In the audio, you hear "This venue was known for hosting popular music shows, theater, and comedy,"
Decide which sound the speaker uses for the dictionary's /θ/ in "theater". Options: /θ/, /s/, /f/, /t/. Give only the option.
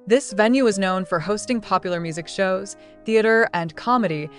/θ/